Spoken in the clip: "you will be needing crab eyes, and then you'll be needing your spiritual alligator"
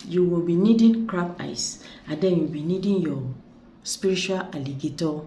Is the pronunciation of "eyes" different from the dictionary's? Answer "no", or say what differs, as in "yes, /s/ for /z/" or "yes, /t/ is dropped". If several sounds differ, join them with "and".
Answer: yes, /s/ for /z/